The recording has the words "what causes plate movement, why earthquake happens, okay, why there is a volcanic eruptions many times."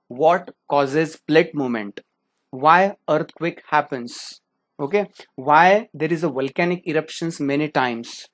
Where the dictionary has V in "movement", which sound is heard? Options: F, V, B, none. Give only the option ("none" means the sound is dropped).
none